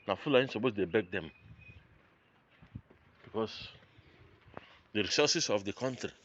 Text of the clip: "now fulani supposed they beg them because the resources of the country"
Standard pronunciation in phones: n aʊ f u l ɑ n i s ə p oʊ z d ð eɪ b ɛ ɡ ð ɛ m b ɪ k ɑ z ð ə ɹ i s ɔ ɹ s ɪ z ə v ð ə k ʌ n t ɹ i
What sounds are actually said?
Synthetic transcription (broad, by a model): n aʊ f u l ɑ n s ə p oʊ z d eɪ b ɛ ɡ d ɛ m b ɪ k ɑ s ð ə ɹ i s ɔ s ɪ s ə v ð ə k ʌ n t ɹ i